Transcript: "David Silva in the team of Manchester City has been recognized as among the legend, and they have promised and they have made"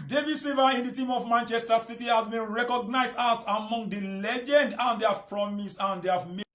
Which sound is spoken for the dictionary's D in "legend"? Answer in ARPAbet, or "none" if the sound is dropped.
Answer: D